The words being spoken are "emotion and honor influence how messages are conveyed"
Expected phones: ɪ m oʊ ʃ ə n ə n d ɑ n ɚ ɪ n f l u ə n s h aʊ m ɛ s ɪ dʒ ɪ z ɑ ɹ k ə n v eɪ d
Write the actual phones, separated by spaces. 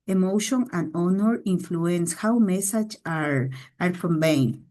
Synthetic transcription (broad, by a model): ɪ m oʊ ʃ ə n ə n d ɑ n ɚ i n f l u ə n s h aʊ m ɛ s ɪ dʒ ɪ ɑ ɹ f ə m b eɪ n